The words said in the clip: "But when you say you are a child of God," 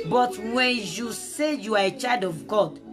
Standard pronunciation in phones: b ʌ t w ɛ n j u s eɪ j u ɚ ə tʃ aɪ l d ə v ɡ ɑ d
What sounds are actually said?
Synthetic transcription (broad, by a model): b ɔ t w ɛ n j u s eɪ j u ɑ ə tʃ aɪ d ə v ɡ ɑ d